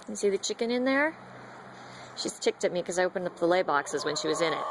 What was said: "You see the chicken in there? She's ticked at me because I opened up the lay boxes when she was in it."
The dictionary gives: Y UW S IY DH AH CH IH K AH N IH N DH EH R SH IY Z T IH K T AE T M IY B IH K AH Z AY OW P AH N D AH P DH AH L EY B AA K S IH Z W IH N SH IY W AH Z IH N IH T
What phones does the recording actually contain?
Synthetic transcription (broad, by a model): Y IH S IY DH AH CH IH K AH N IH N DH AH R SH IY Z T IH K T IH T M IY K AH Z AY OW P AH N AH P DH AH L EY B AA K S IH Z W IH N SH IY W AH Z IH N IH T